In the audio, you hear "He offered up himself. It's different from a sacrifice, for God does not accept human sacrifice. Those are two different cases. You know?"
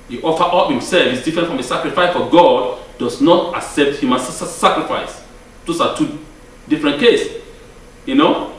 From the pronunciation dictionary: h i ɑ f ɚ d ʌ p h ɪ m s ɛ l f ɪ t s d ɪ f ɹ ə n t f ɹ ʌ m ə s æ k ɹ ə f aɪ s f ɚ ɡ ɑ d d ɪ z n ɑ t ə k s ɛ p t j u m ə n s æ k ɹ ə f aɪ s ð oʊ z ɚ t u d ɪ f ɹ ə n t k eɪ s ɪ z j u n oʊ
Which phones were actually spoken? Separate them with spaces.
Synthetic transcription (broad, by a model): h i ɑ f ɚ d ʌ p h ɪ m s ɛ l f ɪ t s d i f ɹ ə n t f ɹ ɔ m ə s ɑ k ɹ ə f aɪ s f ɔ ɡ ɑ d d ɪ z n ɑ t ə k s ɛ p t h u m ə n s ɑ k ɹ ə f aɪ s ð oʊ s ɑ t u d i f ɹ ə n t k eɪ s j u n oʊ